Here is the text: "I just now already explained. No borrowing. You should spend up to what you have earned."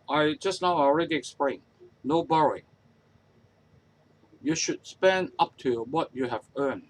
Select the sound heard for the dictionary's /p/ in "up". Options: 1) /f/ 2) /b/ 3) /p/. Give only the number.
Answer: 3